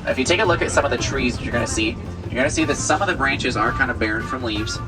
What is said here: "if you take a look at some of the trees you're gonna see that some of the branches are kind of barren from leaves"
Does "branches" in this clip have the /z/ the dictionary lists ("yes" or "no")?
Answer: yes